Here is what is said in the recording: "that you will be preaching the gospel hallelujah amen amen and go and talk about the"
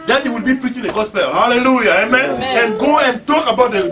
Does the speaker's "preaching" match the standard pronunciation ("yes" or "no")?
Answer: yes